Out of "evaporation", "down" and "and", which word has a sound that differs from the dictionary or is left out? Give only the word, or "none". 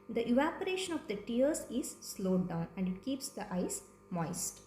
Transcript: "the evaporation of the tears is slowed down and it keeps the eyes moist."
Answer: none